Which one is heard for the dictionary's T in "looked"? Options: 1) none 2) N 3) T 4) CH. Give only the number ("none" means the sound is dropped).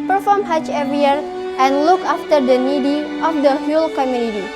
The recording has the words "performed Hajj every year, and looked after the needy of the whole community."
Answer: 1